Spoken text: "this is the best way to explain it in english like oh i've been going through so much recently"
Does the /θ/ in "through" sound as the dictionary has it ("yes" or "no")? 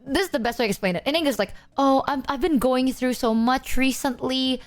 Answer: yes